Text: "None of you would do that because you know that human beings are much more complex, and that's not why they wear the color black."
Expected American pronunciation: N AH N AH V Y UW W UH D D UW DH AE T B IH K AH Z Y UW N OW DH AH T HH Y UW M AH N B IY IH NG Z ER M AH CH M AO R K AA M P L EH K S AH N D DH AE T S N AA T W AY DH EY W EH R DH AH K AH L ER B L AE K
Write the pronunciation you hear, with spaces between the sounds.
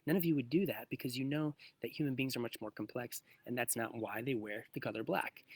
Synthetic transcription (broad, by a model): N AH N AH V Y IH W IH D D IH DH AE T B IH K AH Z Y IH N OW DH AH T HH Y UW M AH N B IY IH NG Z ER M AH CH M AO R K M P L EH K S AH N DH AE T S N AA T W AY DH EY W EH R DH AH K AH L ER B L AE K